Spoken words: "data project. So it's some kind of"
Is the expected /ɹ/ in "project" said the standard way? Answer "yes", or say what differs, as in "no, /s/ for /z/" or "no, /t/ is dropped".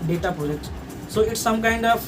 no, /ɹ/ is dropped